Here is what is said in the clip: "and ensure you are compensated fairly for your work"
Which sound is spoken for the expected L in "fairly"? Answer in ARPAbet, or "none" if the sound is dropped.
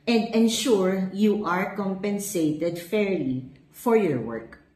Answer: L